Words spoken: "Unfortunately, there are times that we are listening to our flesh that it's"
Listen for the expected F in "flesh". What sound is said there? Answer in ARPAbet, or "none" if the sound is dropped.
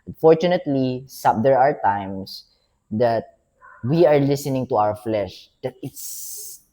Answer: F